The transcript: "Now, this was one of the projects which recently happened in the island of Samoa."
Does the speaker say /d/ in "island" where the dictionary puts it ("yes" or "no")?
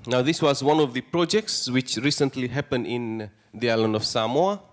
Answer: no